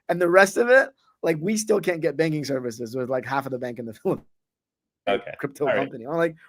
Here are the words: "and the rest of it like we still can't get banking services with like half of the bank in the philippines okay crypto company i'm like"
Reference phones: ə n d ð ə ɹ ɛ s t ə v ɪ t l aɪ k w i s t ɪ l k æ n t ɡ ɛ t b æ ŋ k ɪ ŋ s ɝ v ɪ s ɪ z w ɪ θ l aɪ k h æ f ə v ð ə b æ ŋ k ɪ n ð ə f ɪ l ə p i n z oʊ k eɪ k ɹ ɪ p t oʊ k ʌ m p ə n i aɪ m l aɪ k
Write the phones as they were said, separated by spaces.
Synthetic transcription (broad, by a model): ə n ð ə ɹ ɛ s t ə v ɪ t l aɪ k w i s t ɪ l k æ n ɡ ɛ t b æ ŋ k ɪ ŋ s ɝ v ɪ s ɪ z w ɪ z l aɪ k h æ f ə v ð ə b æ ŋ k ɪ n ð ə f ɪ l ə ʊ k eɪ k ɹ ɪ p t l k ʌ m p ə n i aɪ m l aɪ k